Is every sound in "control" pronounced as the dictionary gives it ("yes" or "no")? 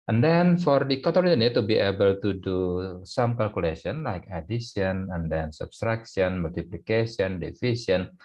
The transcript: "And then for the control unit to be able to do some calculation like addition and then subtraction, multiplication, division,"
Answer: no